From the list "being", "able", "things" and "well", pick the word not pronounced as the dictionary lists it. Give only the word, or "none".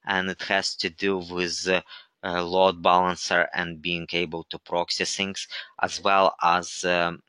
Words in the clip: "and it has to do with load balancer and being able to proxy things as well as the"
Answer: things